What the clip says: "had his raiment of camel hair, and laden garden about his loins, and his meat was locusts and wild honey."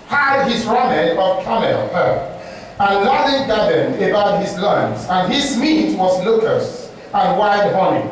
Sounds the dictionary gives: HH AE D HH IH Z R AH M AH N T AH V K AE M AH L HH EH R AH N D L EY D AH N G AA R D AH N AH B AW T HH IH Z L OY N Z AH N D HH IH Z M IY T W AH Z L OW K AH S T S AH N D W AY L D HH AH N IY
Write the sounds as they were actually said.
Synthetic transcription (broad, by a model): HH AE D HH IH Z R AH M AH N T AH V K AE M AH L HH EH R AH N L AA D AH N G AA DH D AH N AH B AW T HH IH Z L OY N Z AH N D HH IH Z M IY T W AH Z L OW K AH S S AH N W AY D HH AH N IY